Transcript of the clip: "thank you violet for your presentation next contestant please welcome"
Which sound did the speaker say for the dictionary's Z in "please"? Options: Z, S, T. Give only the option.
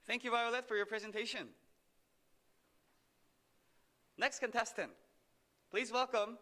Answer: Z